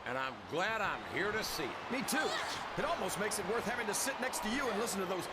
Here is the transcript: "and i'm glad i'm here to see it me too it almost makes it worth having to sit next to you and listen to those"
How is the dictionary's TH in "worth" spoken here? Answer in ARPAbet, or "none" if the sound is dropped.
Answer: TH